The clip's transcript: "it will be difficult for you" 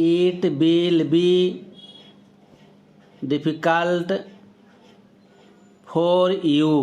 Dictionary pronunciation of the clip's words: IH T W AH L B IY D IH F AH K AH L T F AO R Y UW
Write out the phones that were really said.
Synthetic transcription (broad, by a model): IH T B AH L B IY D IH P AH K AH L T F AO R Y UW